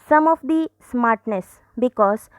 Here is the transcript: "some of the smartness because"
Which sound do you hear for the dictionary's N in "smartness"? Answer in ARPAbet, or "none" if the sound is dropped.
N